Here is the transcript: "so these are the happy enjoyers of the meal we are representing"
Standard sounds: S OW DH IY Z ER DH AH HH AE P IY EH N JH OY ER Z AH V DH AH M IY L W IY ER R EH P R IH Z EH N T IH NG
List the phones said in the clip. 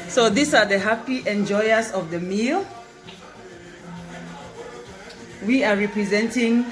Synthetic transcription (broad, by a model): S OW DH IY S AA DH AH HH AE P IY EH N JH OY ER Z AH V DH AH M IY L W IY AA R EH P R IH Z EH N T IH NG